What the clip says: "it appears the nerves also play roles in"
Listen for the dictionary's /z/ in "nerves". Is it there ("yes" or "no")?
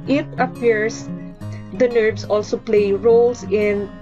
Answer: no